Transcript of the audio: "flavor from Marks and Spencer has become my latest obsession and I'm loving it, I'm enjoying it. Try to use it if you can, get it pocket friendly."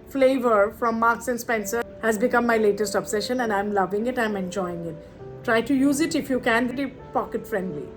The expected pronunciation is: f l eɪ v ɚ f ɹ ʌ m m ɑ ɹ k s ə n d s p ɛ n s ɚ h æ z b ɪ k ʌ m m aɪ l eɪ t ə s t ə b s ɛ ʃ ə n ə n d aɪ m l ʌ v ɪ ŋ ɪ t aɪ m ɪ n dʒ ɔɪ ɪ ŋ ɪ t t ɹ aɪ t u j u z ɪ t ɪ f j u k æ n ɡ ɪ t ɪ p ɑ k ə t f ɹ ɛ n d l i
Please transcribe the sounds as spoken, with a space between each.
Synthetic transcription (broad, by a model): f l eɪ v ɚ f ɹ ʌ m m ɑ ɹ k s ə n s p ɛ n s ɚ h æ z b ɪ k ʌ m m aɪ l eɪ t ə s t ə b s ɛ ʃ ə n ə n d aɪ m l ʌ v ɪ ŋ ɪ t aɪ m ɪ n dʒ ɔɪ ɪ ŋ ɪ t t ɹ aɪ t u j u z ɪ t ɪ f j u k æ n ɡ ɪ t ɪ p ɑ k ə t f ɹ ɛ n d l i